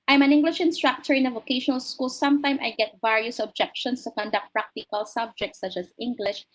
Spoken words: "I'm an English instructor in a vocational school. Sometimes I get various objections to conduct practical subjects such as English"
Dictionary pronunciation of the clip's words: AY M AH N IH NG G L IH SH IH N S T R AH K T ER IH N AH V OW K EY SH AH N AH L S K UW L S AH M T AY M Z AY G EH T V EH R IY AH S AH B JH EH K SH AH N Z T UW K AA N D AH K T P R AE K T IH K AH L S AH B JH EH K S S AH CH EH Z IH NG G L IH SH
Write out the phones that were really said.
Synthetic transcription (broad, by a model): AY M AH N IH NG G L IH SH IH N S T R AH K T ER IH N AH V OW K EY SH AH N AH L S K UW L S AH M T AY M AY G EH T V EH R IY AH S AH B JH EH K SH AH N S T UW K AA N D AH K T P R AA K T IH K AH L S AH B JH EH K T S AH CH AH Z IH NG G L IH SH